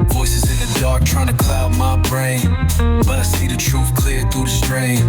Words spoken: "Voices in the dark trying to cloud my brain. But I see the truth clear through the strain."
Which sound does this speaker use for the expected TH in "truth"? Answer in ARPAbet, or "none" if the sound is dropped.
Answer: F